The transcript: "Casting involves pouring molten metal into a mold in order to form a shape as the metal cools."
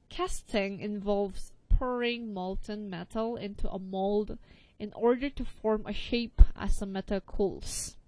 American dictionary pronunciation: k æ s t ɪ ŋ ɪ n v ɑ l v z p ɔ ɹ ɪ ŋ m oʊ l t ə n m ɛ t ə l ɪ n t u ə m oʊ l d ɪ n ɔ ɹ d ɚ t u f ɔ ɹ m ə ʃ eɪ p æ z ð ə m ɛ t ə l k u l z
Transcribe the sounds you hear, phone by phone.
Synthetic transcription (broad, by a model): k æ s t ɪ ŋ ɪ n v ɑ l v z p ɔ ɹ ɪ ŋ m oʊ l t ə n m ɛ t ə l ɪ n t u ə m oʊ l d ɪ n ɔ ɹ d ɚ t u f ɔ ɹ m ə ʃ eɪ p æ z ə m ɛ t ə l k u l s